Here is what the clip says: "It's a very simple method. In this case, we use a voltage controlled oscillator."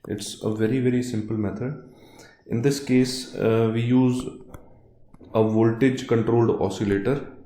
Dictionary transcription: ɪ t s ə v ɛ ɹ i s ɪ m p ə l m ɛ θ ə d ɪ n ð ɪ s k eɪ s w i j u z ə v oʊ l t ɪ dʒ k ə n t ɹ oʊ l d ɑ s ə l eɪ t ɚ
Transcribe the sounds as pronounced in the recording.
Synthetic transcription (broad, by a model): ɪ t s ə v ɛ ɹ i s ɪ m p ə l m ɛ t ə d ɪ n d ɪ s k eɪ s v i j u z ə v oʊ l t ɪ dʒ k ə n t ɹ oʊ l d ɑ s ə l eɪ t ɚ